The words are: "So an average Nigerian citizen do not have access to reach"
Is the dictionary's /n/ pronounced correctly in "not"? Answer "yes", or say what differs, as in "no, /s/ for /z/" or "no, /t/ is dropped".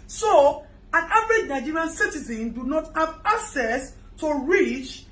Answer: yes